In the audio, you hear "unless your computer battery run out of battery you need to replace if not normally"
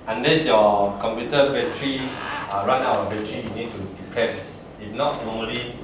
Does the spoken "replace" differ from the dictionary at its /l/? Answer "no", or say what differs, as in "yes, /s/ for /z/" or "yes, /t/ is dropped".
yes, /l/ is dropped